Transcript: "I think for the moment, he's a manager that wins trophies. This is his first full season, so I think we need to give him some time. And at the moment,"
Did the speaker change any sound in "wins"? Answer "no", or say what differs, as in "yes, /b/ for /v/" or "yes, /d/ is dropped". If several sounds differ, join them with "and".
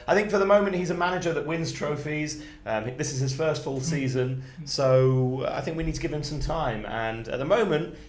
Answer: no